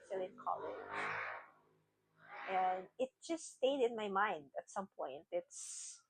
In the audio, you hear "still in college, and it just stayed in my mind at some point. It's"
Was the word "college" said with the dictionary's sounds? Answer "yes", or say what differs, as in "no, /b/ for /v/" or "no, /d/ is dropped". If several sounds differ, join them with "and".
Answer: no, /dʒ/ is dropped